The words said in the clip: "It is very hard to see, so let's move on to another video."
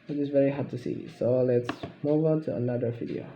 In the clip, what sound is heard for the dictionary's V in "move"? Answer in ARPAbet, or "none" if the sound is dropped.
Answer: V